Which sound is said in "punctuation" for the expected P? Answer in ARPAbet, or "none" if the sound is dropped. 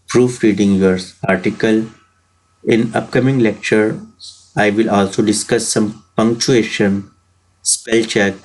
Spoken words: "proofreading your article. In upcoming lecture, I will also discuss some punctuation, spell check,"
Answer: P